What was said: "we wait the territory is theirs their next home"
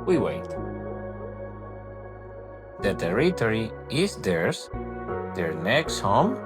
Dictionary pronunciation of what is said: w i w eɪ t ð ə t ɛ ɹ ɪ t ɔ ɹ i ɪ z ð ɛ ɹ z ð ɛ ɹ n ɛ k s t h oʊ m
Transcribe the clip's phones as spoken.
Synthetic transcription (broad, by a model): w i w eɪ t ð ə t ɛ ɹ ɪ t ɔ ɹ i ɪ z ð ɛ ɹ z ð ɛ ɹ n ɛ k s t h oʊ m